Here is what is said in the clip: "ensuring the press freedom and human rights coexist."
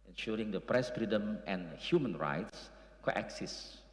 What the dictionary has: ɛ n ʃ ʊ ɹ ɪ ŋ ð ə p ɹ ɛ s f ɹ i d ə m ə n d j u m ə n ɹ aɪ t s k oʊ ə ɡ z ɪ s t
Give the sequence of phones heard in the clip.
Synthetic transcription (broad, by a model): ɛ n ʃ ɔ ɹ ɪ ŋ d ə p ɹ ɛ s f ɹ i d ə m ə n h j u m ə n ɹ aɪ t s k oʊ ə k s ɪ s